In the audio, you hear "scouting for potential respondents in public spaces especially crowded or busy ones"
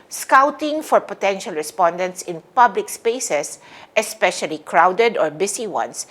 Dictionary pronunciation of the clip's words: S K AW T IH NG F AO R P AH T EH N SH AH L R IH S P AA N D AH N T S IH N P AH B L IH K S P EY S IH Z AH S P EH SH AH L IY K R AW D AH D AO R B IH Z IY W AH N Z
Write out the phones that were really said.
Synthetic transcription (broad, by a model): S K AW T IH NG F AO R P AH T EH N SH AH L R IH S P AA N D AH N T S IH N P AH B L IH K S P EY S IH S AH S P EH SH AH L IY K R AW D AH D AO R B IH S IY W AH N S